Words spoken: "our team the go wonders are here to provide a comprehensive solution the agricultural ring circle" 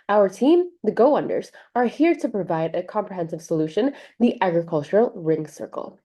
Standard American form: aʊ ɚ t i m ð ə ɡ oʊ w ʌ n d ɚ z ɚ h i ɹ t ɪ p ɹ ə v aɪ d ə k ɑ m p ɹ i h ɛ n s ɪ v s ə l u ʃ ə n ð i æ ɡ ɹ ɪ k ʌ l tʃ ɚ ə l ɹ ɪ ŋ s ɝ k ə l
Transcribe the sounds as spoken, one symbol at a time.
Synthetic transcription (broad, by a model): aʊ ɚ t i m ð ə ɡ oʊ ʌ n d ɚ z ɚ h i ɹ t ɪ p ɹ ə v aɪ d ə k ɑ m p ɹ i h ɛ n s ɪ v s ə l u ʃ ə n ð i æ ɡ ɹ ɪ k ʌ l tʃ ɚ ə l ɹ ɪ ŋ s ɝ k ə l